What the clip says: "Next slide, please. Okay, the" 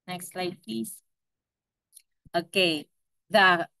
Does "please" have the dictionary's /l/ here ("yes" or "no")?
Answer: no